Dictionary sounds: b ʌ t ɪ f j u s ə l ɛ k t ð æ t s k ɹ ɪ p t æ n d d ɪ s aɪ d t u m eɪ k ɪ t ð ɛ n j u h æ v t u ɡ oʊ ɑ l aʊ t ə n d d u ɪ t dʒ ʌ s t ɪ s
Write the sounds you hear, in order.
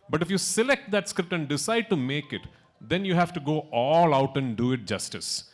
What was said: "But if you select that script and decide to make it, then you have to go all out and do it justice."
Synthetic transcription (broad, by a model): b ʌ t ɪ f j u s ə l ɛ k t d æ t s k ɹ ɪ p t æ n d d ɪ s aɪ d t u m eɪ k ɪ t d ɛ n j u h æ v t u ɡ oʊ ɑ l aʊ t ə n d d u ɪ t dʒ ʌ s t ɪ s